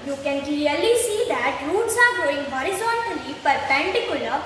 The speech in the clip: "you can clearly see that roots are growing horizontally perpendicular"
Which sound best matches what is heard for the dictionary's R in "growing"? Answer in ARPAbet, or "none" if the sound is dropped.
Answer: none